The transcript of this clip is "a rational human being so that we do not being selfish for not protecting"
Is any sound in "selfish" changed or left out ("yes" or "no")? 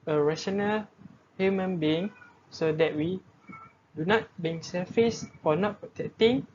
yes